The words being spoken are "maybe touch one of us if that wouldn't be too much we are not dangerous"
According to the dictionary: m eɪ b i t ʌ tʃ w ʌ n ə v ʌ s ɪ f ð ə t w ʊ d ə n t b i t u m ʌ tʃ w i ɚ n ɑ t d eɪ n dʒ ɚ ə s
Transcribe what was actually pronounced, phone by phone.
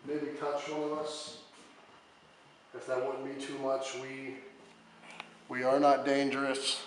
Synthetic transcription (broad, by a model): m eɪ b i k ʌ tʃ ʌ ə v ʌ s ɪ f ð ə t w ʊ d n b i t u m ʌ tʃ w i ɚ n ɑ t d eɪ n dʒ ɚ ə s